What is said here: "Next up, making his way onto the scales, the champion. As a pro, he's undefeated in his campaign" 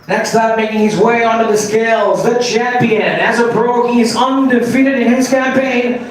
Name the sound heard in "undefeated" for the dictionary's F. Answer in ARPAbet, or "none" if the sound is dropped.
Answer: F